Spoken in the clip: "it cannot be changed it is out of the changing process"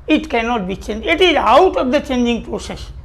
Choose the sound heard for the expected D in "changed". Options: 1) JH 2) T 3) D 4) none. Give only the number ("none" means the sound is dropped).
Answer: 4